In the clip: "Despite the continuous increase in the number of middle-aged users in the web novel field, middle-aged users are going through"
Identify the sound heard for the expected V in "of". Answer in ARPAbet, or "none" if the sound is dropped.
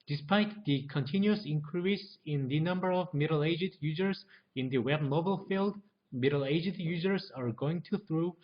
V